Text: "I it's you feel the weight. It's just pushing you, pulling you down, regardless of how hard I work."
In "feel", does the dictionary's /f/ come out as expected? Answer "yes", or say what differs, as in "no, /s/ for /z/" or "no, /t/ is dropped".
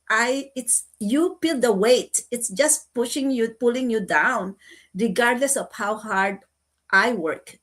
no, /p/ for /f/